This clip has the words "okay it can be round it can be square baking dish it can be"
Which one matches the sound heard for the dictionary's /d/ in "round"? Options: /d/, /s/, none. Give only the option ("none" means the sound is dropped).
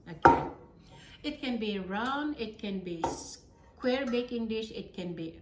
none